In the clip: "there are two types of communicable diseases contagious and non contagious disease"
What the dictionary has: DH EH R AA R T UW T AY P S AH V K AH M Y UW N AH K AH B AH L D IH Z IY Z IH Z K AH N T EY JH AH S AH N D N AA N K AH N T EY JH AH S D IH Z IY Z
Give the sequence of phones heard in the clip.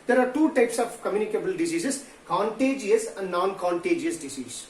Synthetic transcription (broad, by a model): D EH R AA R T UW T AY P S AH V K AH M Y UW N AH K AH B AH L D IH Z IY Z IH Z K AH N T EY JH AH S AH N D N AA N K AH N T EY JH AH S D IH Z IY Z